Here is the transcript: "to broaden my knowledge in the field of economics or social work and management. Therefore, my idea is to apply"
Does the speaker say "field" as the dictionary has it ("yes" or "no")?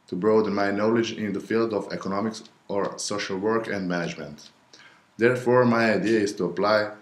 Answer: yes